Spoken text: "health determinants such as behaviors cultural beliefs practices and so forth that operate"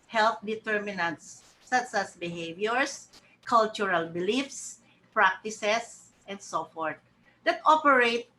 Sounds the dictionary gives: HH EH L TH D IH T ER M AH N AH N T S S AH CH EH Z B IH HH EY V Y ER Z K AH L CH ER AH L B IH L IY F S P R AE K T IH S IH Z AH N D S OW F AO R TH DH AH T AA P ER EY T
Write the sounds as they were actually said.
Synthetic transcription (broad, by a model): HH EH L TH D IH T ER M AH N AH N T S S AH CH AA S B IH HH EY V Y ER S K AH L CH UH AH L B IH L IY F S P R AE K T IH S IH S AH N D S OW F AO R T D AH T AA P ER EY T